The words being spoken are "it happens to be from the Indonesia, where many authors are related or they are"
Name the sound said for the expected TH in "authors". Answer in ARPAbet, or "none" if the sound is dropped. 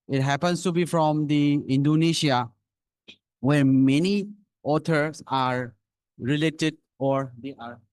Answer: T